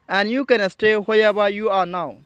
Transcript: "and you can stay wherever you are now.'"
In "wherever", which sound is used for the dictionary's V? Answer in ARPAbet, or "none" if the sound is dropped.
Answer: B